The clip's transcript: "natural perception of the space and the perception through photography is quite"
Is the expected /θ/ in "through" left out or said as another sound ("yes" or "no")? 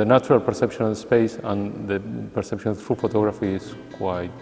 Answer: yes